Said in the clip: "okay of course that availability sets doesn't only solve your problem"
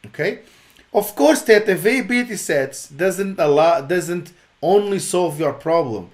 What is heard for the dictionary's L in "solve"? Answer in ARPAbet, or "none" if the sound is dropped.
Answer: L